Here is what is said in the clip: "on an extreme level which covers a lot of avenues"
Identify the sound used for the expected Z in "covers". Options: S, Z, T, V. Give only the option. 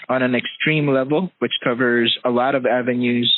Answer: Z